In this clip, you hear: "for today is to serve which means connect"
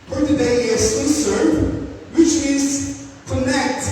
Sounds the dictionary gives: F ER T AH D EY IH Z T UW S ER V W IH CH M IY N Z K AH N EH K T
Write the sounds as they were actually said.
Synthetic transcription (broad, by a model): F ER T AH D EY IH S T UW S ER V W IH CH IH Z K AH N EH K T